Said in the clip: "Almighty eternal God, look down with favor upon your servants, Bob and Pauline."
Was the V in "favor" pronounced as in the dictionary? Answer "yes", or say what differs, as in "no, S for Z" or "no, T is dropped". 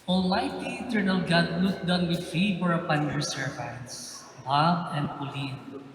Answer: no, F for V